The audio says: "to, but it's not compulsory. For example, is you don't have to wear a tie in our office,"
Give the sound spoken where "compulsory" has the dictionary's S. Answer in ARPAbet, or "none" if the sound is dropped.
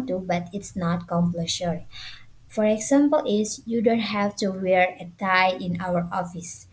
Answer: SH